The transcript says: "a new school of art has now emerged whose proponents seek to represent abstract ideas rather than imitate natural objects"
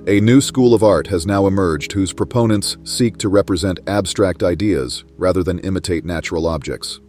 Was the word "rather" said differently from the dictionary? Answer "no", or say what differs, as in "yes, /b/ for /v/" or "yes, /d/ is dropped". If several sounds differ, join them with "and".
no